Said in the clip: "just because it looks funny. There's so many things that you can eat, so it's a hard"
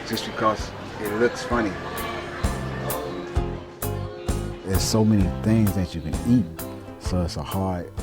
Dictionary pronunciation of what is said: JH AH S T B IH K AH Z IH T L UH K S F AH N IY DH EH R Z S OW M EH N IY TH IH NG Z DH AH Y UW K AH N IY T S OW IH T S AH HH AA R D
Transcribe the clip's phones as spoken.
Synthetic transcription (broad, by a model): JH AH S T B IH K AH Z IH T L UH K S F AH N IY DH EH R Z S OW M EH N IY TH IH NG Z DH AH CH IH K AH N IY T S OW IH T S AH HH AA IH